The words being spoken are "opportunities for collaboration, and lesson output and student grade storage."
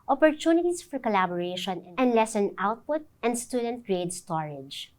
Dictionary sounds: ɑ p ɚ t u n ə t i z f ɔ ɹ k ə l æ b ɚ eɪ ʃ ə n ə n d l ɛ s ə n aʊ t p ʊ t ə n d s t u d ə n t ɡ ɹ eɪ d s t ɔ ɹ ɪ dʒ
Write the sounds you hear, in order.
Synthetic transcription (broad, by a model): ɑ p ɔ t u n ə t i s f ɔ ɹ k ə l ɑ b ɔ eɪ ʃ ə n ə n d l ɛ s ə n aʊ t p ʊ t ə n d s t u d ə n t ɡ ɹ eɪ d s t ɔ ɹ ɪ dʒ